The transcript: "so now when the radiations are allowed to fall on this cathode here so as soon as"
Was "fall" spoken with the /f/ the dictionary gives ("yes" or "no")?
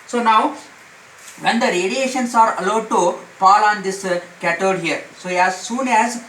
no